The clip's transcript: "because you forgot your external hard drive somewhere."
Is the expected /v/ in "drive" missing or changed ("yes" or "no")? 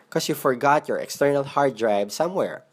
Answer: yes